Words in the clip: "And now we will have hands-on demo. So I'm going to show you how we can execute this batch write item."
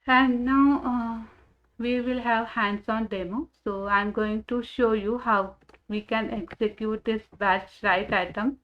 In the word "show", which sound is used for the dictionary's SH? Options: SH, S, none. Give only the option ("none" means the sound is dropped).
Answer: SH